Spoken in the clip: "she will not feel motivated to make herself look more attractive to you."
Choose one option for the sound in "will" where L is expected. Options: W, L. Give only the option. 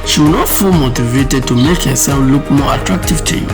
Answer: W